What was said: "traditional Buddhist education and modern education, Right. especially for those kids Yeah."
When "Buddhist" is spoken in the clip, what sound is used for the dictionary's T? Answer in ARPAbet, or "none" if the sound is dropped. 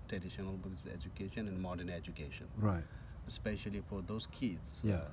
none